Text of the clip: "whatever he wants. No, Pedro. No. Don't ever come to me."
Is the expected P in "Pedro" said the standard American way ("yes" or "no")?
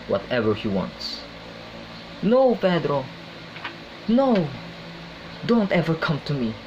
no